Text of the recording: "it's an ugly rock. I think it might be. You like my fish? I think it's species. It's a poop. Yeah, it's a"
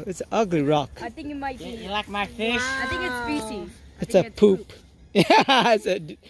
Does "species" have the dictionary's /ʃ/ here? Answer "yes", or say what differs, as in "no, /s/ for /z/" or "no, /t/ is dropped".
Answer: no, /s/ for /ʃ/